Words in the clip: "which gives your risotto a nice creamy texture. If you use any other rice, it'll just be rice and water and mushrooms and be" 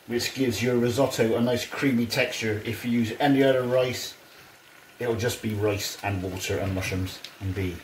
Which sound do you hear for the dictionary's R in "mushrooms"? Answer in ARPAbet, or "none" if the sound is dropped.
none